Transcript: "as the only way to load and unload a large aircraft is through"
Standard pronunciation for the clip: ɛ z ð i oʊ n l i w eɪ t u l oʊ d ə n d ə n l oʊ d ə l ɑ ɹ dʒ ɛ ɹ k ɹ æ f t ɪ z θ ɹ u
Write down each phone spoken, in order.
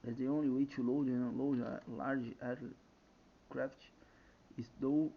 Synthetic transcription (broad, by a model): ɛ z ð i oʊ n l i w eɪ t u l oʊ ə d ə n l oʊ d ə l ɑ ɹ dʒ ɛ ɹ k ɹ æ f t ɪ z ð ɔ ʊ